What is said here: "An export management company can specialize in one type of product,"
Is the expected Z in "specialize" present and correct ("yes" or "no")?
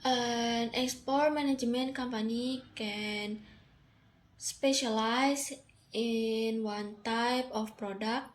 no